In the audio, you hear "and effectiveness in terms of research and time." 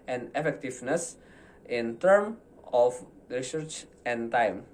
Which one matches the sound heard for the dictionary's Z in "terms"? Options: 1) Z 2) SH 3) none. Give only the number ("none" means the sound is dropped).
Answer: 3